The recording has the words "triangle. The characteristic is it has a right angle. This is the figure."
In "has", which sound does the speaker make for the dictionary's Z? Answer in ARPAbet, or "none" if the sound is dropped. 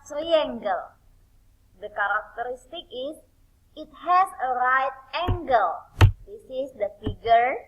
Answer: S